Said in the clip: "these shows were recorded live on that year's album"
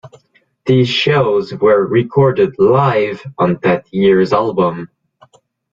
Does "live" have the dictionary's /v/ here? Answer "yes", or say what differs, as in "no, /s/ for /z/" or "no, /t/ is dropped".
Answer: yes